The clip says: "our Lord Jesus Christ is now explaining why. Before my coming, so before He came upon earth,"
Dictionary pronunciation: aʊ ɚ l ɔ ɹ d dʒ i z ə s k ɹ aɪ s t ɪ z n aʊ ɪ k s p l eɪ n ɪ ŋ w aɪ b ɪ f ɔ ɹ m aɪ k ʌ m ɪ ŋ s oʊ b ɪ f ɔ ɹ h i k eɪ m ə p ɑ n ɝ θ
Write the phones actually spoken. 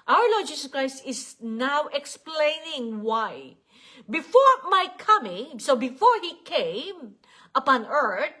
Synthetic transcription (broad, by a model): aʊ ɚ l ɔ ɹ d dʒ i s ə s k ɹ aɪ s t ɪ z n aʊ ɪ k s p l eɪ n ɪ ŋ w aɪ b ɪ f ɔ ɹ m aɪ k ʌ m ɪ ŋ s oʊ b ɪ f ɔ ɹ h i k eɪ m ə p ɑ n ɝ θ